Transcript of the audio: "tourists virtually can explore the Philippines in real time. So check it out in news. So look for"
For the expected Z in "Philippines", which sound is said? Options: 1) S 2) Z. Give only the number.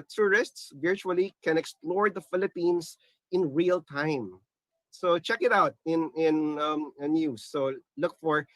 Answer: 1